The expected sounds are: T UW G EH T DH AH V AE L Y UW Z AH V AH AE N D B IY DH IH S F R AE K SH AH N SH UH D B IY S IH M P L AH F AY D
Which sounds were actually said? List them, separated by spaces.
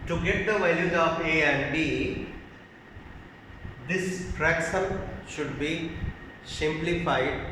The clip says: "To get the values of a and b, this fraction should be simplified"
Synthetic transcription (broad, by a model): T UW G EH T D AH V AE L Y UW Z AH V AH AE N D B IY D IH S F R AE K S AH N SH UH D B IY S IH M P L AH F AY D